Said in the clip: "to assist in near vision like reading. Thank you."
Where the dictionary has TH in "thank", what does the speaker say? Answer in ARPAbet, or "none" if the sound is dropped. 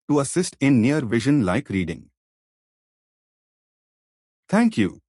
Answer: T